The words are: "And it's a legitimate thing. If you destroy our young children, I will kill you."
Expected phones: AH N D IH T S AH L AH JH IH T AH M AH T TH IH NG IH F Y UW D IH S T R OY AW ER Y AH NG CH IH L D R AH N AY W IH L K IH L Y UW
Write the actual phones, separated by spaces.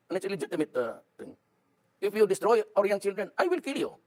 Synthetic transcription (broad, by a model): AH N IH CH AH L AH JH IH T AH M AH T T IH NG IH F Y UW D IH S T R OY AW ER Y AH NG CH IH L D R AH N AY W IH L K IH L Y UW